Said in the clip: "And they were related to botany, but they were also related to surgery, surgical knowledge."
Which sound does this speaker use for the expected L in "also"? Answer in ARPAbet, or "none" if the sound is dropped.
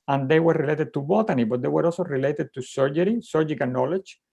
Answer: none